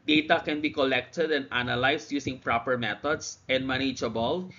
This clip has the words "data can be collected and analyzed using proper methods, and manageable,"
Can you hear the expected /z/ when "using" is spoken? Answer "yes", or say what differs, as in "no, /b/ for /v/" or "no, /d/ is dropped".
no, /s/ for /z/